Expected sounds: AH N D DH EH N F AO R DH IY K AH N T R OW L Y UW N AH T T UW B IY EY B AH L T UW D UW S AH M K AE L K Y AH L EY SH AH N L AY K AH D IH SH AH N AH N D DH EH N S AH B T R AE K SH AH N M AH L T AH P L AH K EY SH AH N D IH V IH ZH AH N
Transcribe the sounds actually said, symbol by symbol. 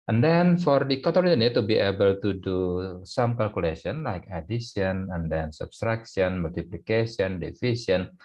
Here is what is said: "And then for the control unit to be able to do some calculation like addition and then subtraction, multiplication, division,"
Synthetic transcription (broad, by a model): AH N D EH N F AO R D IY K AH T OW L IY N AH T T UW B IY EY B AH L T UW D UW S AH M K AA L K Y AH L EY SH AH N L AY K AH D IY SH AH N AH N D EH N S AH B T R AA K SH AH N M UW L T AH P L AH K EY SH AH N D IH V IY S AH N